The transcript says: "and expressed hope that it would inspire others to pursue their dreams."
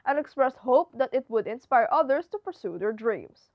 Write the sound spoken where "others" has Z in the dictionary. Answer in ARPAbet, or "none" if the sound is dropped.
S